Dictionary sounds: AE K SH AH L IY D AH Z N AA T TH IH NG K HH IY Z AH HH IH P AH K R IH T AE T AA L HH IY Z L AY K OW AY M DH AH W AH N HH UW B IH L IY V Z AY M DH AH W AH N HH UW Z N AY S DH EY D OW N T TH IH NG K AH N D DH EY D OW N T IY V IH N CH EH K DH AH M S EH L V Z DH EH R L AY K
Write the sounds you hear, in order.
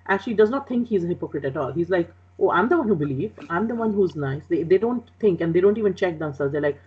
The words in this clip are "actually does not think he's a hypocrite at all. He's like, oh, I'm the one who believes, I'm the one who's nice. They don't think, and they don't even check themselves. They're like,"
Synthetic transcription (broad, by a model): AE K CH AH L IY D AH Z N AA T T IH NG K HH IY Z AH HH IH P AH K R IH T AE T AA L HH IY Z L AY K OW AY M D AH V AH N HH UW B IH L IY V AY M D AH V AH N HH UW Z N AY S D EY D OW N T T IH NG K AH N D EY D OW N T IY V IH N CH EH K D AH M S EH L Z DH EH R L AY K